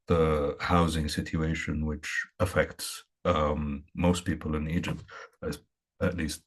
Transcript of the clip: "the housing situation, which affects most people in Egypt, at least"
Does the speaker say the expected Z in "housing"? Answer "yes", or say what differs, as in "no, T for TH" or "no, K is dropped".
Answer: yes